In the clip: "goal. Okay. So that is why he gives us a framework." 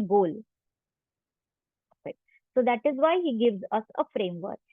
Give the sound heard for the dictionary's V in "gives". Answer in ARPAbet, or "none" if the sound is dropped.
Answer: V